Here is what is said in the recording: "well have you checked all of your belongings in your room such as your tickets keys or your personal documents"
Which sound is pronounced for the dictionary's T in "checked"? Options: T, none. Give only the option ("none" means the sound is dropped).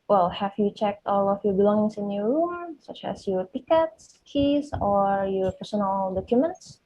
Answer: T